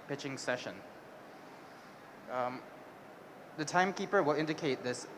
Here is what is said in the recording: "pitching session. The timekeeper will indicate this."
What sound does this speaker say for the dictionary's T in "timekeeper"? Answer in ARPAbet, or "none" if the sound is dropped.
T